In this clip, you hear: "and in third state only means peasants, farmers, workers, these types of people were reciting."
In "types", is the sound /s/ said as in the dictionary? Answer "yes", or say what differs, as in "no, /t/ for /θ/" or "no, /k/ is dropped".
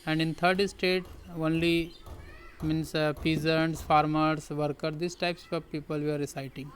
yes